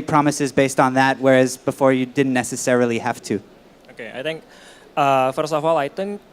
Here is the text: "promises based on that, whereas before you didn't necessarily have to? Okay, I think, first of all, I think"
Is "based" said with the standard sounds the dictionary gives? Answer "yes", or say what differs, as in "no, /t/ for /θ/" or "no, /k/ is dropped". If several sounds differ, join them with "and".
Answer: yes